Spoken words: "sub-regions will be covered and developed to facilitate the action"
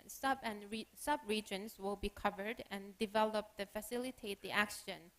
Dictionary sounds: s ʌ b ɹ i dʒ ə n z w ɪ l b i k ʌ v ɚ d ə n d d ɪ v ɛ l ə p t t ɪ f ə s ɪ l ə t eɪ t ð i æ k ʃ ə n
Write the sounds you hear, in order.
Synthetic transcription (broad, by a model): s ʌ b ɹ i dʒ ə n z w ɪ l b i k ʌ v ɚ d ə n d d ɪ v ɛ l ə p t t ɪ f ə s ɪ l ə t eɪ t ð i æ k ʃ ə n